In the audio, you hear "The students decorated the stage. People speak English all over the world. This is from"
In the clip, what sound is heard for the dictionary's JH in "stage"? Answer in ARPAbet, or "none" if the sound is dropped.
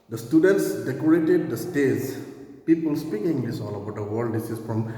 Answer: Z